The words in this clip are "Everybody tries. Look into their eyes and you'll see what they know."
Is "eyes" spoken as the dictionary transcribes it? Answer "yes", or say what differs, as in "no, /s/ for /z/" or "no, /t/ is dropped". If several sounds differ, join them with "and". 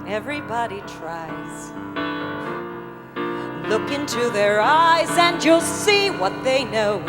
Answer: yes